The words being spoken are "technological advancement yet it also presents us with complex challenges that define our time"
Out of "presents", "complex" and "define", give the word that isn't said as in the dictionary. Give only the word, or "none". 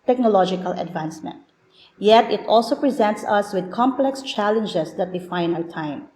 none